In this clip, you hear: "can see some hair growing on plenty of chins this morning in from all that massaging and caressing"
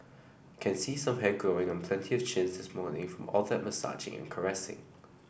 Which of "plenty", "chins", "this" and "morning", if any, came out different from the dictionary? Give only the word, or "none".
none